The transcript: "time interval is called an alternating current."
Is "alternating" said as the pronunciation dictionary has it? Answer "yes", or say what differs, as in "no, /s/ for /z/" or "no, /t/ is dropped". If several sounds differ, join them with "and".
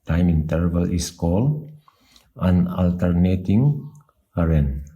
yes